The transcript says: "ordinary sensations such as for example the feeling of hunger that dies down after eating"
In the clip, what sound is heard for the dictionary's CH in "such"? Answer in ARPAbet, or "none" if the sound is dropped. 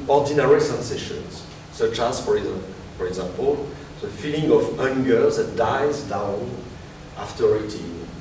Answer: CH